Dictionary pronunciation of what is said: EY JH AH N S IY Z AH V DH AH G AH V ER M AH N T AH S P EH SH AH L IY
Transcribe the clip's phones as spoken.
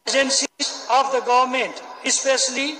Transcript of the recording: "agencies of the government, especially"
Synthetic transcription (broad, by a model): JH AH N S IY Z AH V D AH G AH V ER M AH N T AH S P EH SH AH L IY